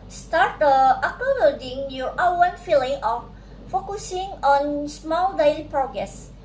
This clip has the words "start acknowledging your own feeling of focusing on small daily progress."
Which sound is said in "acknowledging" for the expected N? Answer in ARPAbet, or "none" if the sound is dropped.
none